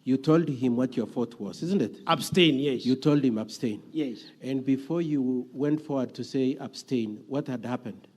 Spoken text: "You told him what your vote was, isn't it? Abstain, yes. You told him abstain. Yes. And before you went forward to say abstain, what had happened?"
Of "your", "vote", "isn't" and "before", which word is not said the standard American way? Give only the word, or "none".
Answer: vote